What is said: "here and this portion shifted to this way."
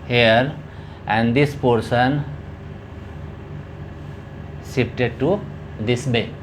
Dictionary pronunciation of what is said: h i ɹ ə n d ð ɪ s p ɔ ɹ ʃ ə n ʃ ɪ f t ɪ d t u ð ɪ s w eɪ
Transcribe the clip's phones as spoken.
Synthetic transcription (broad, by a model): h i ɹ ə n d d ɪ s p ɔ ɹ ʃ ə n s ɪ p t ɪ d t u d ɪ s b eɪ